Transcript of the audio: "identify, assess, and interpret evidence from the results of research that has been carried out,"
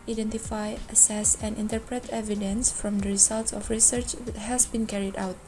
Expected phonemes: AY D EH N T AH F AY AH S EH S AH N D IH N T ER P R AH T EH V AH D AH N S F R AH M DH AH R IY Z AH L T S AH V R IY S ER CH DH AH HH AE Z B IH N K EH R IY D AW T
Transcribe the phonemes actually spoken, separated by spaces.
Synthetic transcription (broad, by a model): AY D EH N T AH F AY AH S EH S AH N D IH N T ER P R AH T EH V AH D AH N S F R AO M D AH R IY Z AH L T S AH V R IY S ER CH HH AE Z B IH N K EH R IY D AW T